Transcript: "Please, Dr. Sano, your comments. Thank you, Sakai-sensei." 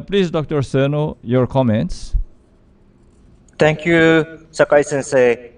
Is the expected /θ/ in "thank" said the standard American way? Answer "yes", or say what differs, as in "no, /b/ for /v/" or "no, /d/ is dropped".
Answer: no, /t/ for /θ/